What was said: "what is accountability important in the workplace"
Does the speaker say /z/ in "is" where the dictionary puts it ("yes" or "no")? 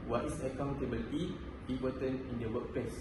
no